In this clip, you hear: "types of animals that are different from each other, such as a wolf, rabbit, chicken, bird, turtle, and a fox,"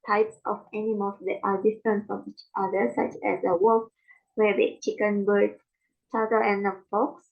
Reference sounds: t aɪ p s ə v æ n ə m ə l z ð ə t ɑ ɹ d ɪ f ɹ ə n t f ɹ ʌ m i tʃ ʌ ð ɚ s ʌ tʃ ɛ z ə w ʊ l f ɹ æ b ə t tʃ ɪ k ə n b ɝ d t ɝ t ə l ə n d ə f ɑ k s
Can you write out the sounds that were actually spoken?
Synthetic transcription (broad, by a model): t aɪ p s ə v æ n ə m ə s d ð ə t ɑ ɹ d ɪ f ɹ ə n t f ɹ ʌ m i tʃ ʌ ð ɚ s ʌ tʃ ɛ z ə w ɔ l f w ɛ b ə tʃ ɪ k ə n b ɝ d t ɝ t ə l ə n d ə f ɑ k s